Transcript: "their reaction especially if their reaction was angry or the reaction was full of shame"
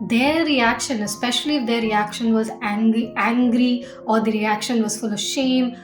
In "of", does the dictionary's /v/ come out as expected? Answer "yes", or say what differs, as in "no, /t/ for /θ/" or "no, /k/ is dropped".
yes